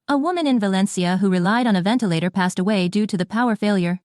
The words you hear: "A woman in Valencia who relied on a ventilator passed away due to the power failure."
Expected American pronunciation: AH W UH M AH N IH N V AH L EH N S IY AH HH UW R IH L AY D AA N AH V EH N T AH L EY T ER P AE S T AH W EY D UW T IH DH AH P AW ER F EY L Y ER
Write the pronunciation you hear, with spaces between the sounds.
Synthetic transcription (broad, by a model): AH W UH M AH N IH N V AH L EH N S IY AH HH UW R IH L AY D N AH V EH N T AH L EY T ER P AE S T AH W EY D UW T IH DH AH P AW ER F EY L Y ER